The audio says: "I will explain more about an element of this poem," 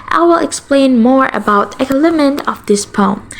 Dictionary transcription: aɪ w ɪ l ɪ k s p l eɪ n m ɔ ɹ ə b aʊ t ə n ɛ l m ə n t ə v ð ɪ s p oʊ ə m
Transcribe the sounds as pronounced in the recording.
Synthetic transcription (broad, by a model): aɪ w ɪ l ɪ k s p l eɪ n m ɔ ɹ ə b aʊ t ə l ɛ m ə n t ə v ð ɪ s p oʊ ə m